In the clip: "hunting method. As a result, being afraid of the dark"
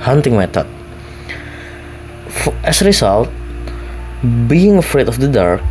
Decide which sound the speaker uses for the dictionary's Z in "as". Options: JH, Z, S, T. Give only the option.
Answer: S